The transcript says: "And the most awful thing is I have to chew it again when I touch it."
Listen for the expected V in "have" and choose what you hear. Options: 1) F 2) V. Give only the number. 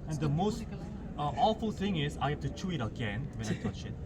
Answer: 1